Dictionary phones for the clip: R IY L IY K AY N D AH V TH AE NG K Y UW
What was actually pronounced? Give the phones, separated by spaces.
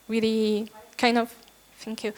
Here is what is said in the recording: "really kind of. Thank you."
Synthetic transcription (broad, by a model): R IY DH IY K AY N D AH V F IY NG K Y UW